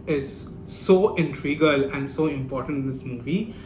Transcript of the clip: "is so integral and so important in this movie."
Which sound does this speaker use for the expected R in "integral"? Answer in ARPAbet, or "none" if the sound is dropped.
none